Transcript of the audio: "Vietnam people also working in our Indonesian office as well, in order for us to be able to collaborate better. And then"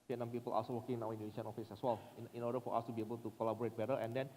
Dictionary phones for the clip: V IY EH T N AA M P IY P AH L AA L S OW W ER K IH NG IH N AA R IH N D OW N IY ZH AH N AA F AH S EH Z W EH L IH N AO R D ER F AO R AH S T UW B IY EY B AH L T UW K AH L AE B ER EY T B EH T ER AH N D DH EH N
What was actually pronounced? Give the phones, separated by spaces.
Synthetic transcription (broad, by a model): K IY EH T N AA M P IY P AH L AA S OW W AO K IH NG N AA W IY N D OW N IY S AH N AA F AH S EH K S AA L IH N AO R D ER F AO R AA S T UW B IY EY B AH L T UW K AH L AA B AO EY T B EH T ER AH N D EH N